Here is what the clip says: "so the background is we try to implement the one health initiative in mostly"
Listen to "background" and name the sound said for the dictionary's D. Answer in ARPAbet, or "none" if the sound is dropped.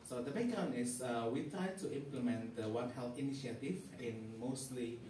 none